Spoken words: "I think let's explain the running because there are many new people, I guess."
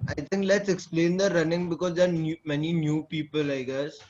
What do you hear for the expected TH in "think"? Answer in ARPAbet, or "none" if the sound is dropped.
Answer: T